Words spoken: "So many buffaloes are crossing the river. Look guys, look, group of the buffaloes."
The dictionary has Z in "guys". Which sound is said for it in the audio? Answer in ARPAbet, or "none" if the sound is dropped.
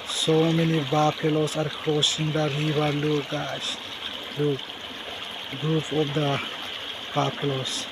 S